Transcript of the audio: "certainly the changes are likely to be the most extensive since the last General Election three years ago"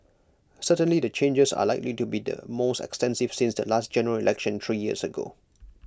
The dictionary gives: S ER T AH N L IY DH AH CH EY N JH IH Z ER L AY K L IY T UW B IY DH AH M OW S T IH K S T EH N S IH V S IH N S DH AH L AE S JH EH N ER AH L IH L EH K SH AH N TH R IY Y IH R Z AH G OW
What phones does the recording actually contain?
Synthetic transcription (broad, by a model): S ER T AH N L IY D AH CH EY N JH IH S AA L AY K L IY T UW B IY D AH M OW S T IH K S T EH N S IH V S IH N S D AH L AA S JH EH N ER AH L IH L EH K SH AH N T R IY Y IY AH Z AH G OW